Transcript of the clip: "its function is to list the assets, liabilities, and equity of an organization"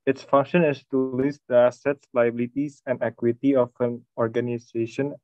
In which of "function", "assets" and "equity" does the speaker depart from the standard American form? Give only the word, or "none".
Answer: none